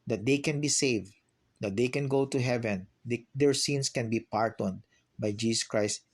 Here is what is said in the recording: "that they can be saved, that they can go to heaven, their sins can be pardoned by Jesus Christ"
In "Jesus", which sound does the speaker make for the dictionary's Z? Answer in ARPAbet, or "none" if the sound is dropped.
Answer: S